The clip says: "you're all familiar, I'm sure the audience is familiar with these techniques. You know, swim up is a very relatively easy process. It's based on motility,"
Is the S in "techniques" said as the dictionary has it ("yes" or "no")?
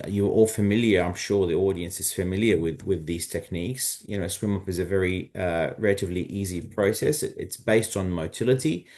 yes